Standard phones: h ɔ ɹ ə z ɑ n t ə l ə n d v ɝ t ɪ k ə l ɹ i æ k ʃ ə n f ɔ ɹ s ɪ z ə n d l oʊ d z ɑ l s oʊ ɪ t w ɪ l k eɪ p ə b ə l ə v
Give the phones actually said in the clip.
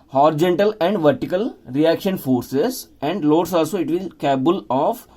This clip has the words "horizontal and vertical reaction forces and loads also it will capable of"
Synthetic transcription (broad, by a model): h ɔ ɹ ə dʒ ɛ n t ə l ə n d v ɝ t ɪ k ə l ɹ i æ k ʃ ə n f ɔ ɹ s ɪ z ə n d l oʊ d s ɑ l s oʊ ɪ t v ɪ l k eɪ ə b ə l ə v